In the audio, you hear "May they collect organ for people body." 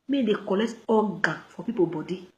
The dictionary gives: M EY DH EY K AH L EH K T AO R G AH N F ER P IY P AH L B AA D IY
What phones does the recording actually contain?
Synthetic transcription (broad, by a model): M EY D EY K AH L EH K T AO G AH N F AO P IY P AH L B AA D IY